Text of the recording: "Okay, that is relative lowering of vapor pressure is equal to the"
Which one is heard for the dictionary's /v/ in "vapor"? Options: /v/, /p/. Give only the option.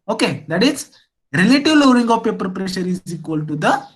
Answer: /p/